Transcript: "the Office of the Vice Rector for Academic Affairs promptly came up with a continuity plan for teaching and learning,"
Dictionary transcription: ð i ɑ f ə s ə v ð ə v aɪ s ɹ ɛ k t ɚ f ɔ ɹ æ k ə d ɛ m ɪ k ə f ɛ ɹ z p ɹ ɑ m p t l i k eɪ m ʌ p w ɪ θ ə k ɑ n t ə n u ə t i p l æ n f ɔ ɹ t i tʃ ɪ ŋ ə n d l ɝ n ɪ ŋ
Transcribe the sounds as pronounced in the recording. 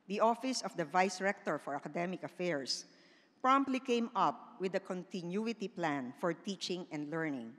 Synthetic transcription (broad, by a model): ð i ɑ f ə s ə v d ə v aɪ s ɹ ɛ k t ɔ f ɔ ɹ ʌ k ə d ɛ m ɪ k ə f ɛ ɹ s p ɹ ɑ m p t l i k eɪ m ʌ p w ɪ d ə k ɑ n t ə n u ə t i p l æ n f ɔ ɹ t i tʃ ɪ ŋ ə n d l ɝ n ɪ ŋ